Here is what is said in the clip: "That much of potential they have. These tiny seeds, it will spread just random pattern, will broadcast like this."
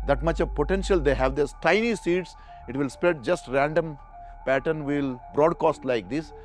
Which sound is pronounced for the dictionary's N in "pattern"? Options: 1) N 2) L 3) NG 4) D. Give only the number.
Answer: 1